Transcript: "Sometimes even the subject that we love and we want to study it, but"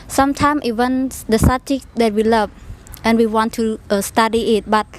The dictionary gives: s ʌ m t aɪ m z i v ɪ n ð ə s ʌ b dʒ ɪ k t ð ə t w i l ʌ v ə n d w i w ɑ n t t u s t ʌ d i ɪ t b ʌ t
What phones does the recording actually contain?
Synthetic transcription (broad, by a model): s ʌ m t aɪ m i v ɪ n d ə s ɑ dʒ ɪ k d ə t w i l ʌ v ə n w i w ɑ n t t u s t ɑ d i ɪ t b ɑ t